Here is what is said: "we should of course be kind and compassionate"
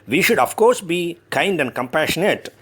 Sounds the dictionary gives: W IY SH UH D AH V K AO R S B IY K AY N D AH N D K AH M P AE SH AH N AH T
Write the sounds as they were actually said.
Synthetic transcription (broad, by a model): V IY SH UH D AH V K AO R S B IY K AY N D AH N D K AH M P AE SH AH N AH T